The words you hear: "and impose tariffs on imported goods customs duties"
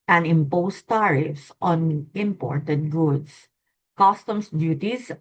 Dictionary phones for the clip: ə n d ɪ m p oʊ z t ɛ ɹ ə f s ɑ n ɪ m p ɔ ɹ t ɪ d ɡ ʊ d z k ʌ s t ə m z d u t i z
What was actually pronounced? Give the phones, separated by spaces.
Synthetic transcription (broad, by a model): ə n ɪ m p oʊ s t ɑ ɹ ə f s ɑ n ɪ m p ɔ ɹ t ɪ d ɡ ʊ d s k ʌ s t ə m s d u t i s